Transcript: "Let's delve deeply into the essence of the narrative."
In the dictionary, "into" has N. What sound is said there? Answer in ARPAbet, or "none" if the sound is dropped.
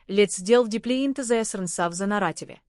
N